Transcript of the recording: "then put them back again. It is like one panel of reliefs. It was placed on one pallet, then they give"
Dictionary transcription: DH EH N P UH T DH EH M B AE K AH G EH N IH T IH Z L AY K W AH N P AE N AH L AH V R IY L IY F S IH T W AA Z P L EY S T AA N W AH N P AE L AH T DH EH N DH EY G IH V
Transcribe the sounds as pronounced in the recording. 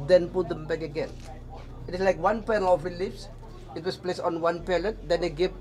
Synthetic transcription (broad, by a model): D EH N P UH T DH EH M B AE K AH G EH N IH T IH S L AY K W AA N P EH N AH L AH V R IY L IY F S IH T W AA S P L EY S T AA N W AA N P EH L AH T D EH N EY G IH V